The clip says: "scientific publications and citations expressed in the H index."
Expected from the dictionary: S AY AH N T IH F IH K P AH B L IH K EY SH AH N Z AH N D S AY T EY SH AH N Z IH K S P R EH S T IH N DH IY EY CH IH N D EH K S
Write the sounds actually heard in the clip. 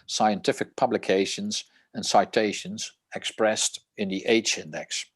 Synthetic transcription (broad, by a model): S AY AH N T IH F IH K P AH B L IH K EY SH AH N Z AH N S AY T EY SH AH N Z IH K S P R EH S T IH N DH IY EY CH IH N D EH K S